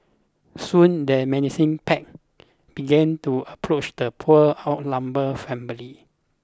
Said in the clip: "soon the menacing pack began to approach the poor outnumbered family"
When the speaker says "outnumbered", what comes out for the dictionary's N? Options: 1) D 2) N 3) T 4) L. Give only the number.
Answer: 4